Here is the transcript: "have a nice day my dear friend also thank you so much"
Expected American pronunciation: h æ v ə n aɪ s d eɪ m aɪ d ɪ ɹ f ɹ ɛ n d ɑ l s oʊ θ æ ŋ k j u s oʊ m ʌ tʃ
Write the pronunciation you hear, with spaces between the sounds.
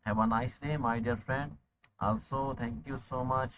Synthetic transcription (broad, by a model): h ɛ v ə n aɪ s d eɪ m aɪ d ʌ ɹ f ɹ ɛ n d ɑ l s oʊ t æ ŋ k j u s oʊ m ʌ tʃ